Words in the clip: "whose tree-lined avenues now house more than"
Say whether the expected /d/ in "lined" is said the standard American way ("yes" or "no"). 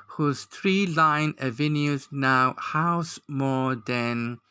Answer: no